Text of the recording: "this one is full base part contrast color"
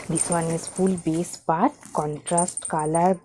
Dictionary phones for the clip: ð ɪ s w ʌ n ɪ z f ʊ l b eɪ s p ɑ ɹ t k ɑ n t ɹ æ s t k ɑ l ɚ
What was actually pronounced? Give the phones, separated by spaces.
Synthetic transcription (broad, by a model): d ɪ s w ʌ n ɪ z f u l b eɪ s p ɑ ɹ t k ɑ n t ɹ æ s t k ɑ l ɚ